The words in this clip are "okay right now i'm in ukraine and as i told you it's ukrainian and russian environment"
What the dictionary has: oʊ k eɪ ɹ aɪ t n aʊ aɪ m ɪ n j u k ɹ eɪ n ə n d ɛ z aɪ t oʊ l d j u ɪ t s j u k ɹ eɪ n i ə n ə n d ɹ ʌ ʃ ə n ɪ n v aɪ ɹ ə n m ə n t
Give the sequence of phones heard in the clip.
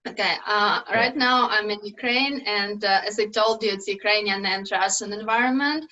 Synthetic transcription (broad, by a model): oʊ k eɪ ɹ aɪ t n aʊ aɪ m ɪ n j u k ɹ eɪ n ə n d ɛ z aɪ t oʊ l d j u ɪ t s j u k ɹ eɪ n i ə n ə n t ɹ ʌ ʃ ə n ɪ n v aɪ ɹ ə n m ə n t